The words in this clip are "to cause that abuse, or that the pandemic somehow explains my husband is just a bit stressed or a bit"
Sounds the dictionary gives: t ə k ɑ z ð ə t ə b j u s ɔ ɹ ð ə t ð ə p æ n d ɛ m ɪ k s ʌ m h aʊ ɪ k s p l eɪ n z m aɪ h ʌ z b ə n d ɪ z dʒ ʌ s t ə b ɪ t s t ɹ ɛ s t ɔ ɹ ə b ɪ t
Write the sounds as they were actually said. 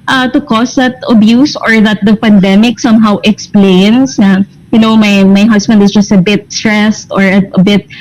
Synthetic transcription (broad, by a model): t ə k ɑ s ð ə t ə b j u s ɔ ɹ ð ə t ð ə p æ n d ɛ m ɪ k s ʌ m h aʊ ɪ k s p l eɪ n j m aɪ h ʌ s b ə n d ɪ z dʒ ʌ s t ə b ɪ t s t ɹ ɛ s t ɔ ɹ ə b ɪ t